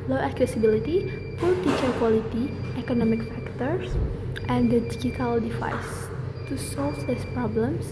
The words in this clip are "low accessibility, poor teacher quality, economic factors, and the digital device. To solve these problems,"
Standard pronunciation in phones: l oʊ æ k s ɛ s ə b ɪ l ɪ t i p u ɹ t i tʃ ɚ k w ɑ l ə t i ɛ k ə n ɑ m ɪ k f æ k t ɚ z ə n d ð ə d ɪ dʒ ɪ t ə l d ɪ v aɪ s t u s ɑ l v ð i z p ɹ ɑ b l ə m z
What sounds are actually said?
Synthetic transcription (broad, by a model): l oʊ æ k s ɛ s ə b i l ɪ t i f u l t i tʃ ɚ k w ɑ l ə t i ɛ k ə n ɑ m ɪ k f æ k t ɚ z ə n d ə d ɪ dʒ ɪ t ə l d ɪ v aɪ s t u s ɑ l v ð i s p ɹ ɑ b l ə m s